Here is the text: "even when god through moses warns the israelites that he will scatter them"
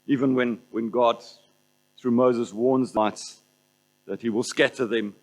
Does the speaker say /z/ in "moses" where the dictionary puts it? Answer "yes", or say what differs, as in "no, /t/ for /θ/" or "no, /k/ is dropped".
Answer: yes